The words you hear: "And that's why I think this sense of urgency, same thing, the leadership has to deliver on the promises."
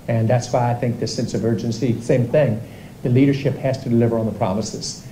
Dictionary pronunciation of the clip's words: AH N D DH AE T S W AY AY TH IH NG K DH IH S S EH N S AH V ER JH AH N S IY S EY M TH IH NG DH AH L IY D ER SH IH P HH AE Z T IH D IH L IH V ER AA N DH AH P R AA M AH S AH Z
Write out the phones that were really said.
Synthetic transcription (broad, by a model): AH N DH AE T S W AY AY TH IH NG K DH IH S S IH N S AH V ER JH AH N S IY S EY M TH IH NG DH AH L IY D ER SH IH P HH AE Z T IH D IH L IH V ER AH N DH AH P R AA M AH S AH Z